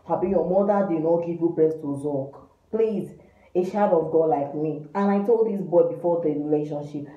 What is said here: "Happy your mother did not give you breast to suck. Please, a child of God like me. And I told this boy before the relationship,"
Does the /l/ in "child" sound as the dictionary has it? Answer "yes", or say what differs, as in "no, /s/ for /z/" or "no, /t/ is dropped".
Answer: no, /l/ is dropped